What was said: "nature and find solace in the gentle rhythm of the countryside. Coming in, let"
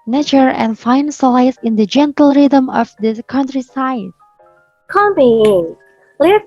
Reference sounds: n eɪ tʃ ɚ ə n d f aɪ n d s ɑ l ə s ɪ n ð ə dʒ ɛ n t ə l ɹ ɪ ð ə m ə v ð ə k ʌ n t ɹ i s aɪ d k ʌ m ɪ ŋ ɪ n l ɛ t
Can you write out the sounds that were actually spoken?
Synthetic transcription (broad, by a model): n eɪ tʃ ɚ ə n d f aɪ n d s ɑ ə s ɪ n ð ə dʒ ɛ n t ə l ɹ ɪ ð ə m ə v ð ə k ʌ n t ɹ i s aɪ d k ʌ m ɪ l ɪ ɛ